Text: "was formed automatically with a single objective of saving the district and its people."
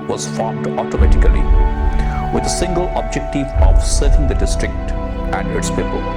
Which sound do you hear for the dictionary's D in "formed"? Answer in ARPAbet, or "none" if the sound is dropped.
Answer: D